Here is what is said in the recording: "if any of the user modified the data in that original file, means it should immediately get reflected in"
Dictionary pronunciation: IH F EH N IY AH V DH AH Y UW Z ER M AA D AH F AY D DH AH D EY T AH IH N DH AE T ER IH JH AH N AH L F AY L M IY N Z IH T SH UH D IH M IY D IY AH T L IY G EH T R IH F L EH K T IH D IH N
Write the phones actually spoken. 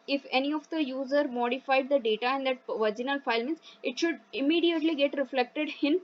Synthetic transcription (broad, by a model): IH F EH N IY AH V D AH Y UW Z ER M AA D AH F AY D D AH D EY T AH IH N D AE T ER JH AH N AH L F AY L M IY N S IH T SH UH D IH M IY D IY AH T L IY G EH T R IH F L EH K T IH D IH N